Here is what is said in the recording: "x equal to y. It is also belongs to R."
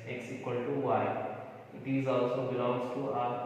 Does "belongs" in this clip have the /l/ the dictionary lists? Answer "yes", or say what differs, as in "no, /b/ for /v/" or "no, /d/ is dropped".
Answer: no, /l/ is dropped